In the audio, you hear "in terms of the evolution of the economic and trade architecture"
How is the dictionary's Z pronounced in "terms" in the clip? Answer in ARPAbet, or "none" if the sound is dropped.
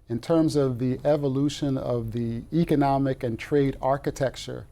Z